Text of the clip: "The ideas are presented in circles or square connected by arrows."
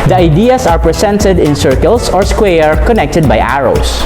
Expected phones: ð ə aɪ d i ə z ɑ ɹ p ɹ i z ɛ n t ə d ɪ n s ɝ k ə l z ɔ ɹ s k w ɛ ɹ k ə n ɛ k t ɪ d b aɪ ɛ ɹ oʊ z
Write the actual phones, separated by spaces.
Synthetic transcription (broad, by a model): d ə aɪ d i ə s ɑ ɹ p ɹ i s ɛ n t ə d ɪ n s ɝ k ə l s ɔ ɹ s k w ɛ ɹ k ə n ɛ k t ɪ d b aɪ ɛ ɹ oʊ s